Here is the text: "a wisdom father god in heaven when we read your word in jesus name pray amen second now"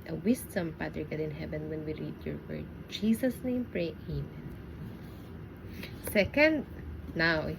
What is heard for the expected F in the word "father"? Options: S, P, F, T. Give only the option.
P